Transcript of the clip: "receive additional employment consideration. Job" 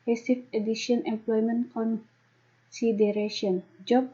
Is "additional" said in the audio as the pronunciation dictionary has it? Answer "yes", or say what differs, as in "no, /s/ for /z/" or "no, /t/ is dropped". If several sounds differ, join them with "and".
no, /n/ is dropped and /n/ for /l/